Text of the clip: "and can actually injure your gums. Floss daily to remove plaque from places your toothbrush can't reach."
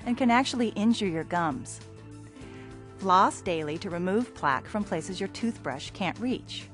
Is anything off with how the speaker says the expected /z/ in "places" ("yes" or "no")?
no